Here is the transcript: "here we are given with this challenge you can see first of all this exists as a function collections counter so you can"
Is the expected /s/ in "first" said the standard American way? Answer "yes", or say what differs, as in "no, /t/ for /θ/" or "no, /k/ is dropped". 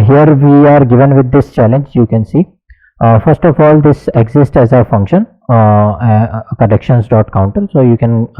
yes